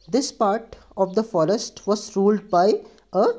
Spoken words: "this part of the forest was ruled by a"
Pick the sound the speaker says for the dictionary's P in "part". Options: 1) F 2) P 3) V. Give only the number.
2